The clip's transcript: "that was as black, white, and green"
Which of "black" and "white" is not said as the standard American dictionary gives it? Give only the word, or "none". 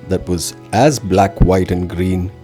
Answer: none